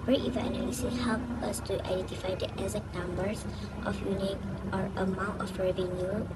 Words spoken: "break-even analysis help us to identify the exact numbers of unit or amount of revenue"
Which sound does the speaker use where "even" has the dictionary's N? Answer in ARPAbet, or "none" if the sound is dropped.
none